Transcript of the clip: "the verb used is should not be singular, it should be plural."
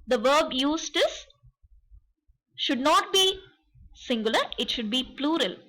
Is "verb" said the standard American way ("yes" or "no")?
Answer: yes